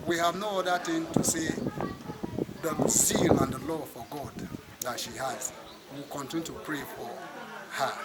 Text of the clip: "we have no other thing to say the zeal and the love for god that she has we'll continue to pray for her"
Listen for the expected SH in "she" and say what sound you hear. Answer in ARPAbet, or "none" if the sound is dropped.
SH